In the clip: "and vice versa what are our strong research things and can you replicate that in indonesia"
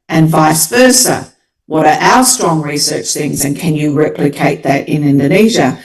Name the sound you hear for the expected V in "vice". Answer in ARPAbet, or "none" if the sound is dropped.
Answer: V